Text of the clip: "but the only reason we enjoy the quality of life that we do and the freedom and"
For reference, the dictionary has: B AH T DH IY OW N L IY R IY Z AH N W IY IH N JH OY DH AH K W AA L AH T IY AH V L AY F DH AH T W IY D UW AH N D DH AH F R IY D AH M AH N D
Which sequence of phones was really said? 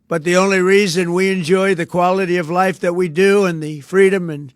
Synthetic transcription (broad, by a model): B AH T DH IY OW N L IY R IY Z AH N W IY IH N JH OY DH AH K W AA L AH T IY AH V L AY F DH AH T W IY D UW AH N DH AH F R IY D AH M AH N